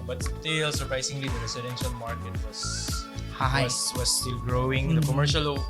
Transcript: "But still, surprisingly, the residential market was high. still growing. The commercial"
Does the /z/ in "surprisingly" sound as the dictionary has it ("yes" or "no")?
no